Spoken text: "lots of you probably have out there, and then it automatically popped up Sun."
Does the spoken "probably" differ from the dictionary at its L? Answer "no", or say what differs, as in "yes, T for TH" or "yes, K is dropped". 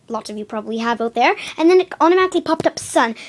no